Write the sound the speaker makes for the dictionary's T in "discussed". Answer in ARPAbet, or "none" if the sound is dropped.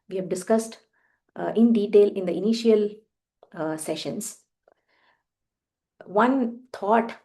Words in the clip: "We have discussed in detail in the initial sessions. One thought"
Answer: T